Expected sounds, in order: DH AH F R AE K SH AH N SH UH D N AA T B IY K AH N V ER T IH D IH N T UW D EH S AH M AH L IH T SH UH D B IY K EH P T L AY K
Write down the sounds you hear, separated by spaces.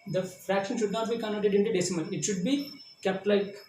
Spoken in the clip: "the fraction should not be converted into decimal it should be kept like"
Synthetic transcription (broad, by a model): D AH F R AE K SH AH N SH UH D N AA T B IY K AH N ER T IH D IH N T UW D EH S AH M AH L IH T SH UH D B IY K EH P T L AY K